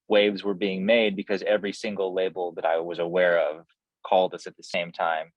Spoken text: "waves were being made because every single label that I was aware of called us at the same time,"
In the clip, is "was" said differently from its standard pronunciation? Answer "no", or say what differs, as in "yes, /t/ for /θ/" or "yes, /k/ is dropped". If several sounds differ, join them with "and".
no